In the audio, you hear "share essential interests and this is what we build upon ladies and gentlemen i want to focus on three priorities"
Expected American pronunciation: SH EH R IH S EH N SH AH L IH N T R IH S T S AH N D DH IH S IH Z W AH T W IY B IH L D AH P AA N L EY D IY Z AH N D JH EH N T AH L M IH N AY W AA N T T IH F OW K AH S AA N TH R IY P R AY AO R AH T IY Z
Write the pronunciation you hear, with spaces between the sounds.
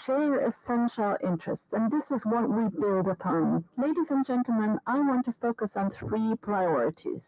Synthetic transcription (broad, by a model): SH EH R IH S EH N SH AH L IH N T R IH S T S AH N DH IH S IH Z W AH T W IY B IH L D AH P AA N L EY D IY Z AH N JH EH N T L M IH N AY W AA N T T IH F OW K AH S N TH R IY P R AY AO R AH T IY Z